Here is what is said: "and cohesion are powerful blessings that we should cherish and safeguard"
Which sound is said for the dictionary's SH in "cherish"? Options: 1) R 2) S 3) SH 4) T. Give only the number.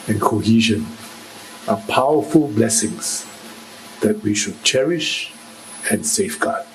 3